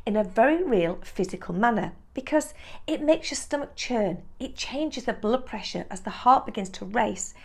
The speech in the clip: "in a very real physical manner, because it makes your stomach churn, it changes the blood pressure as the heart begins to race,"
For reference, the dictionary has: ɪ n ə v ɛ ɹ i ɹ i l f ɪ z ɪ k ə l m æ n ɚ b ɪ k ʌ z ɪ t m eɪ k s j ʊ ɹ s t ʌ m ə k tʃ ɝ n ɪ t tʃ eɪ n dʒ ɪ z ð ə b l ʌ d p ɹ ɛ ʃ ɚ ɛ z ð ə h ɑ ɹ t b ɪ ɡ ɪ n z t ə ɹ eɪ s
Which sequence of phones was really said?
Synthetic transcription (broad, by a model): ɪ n ə v ɛ ɹ i ɹ i l f ɪ z ɪ k ə l m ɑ n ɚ b ɪ k ʌ z ɪ t m eɪ k s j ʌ s t ʌ m ə k tʃ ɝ n ɪ t tʃ eɪ n dʒ ɪ z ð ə b l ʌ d p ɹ ɛ ʃ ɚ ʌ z ð ə h ɑ ɹ t b ɪ ɡ ɪ n z t ə ɹ eɪ s